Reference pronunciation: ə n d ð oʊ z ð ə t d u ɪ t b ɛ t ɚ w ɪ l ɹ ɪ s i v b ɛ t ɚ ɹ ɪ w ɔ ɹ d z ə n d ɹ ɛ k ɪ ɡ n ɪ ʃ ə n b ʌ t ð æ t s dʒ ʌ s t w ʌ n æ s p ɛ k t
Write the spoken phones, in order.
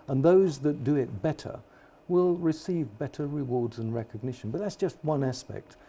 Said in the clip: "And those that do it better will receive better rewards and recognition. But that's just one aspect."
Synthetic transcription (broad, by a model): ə n ð oʊ z ð ə t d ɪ ɪ t b ɛ t ɚ w ɪ l ɹ ɪ s i v b ɛ t ɚ ɹ ɪ w ɔ ɹ d z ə n ɹ ɛ k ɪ ɡ n ɪ ʃ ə n b ʌ t ð æ t s dʒ ʌ s t w ʌ n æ s p ɛ k t